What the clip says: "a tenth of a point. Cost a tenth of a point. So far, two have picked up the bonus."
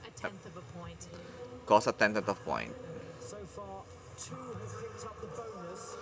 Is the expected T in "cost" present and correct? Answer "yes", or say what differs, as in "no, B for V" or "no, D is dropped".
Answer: no, T is dropped